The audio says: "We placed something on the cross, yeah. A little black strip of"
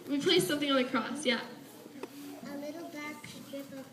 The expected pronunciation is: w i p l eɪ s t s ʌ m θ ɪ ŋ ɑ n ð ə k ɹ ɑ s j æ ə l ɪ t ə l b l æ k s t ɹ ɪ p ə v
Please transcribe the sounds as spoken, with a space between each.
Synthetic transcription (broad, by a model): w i p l eɪ s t s ʌ m θ ɪ ŋ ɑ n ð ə k ɹ ɑ s j æ ə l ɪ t l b æ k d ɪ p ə